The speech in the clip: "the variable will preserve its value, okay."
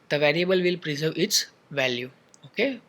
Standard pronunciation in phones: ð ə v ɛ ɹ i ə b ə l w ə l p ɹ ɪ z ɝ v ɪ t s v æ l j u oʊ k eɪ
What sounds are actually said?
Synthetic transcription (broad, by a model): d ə v ɛ ɹ i ə b ə l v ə l p ɹ ɪ z ɝ v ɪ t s v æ l j u oʊ k eɪ